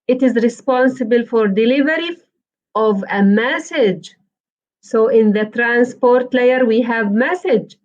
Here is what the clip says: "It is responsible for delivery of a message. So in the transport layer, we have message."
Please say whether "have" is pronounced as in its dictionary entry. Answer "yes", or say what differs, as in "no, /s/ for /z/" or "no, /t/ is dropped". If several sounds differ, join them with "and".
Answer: yes